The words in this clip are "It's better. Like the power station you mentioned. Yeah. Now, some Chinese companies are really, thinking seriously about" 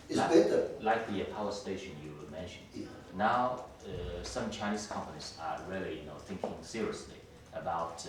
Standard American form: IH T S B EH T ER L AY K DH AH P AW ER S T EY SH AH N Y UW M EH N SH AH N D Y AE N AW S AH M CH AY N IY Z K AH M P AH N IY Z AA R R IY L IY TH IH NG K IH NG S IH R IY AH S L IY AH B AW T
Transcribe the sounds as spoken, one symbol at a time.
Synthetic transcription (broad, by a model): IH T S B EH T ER L AY K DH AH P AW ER S T EY SH AH N Y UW M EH N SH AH N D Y N AW S AH M CH AY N IY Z K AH M P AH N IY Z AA R L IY N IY TH IH NG K IH NG S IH R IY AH S L IY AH B AW T